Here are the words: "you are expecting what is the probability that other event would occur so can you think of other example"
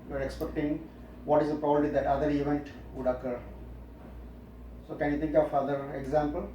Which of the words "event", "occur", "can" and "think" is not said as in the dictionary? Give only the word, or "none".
think